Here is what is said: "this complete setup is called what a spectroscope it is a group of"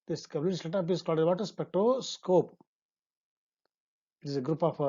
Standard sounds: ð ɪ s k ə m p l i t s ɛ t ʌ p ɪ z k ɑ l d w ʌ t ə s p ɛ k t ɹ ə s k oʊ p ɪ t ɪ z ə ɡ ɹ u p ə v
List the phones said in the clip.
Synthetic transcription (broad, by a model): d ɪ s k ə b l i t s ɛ t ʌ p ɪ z k ɑ l d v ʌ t ə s p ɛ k t ə s k oʊ p ɪ t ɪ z ə ɡ ɹ u p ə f